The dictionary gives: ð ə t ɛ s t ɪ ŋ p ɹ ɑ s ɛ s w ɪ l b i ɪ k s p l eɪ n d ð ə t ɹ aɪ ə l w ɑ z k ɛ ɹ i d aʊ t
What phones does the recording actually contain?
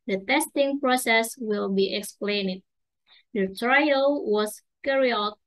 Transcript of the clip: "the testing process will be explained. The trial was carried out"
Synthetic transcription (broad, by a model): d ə t ɛ s t ɪ ŋ p ɹ ɑ s ɛ s w ɪ l b i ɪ k s p l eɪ n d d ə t ɹ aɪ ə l w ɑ s k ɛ ɹ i ɔ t